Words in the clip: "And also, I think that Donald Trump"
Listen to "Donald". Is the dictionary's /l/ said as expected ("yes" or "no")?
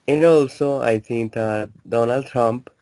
yes